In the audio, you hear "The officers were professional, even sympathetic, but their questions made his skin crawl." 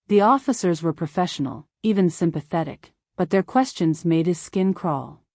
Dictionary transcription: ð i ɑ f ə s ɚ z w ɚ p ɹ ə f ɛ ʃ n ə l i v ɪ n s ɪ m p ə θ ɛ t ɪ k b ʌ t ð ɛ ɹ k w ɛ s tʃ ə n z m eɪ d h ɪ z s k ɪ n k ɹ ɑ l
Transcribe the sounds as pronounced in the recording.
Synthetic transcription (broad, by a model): ð i ɑ f ə s ɚ z w ɚ p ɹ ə f ɛ ʃ n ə l i v ɪ n s ɪ m p ə θ ɛ t ɪ k b ʌ t ð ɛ ɹ k w ɛ s tʃ ə n z m eɪ d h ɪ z s k ɪ n k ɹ ɑ l